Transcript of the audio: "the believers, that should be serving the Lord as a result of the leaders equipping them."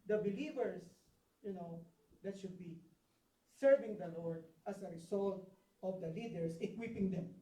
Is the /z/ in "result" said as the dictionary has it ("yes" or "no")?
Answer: no